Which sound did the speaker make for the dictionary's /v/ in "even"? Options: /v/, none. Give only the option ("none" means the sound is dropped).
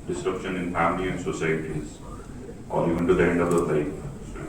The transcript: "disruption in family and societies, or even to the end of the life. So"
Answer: none